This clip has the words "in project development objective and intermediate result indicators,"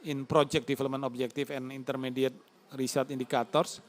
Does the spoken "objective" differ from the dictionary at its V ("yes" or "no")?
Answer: yes